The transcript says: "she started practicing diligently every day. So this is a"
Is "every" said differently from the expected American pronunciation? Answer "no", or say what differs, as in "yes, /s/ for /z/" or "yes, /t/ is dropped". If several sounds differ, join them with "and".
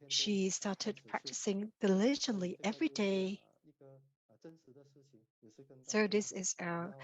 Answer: no